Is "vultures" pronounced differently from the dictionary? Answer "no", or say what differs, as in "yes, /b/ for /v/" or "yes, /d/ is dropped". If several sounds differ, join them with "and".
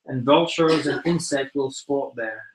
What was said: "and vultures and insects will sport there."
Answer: no